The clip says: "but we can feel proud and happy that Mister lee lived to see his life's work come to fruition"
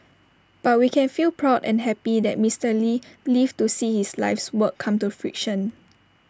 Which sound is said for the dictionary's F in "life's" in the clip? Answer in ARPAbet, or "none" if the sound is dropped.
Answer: F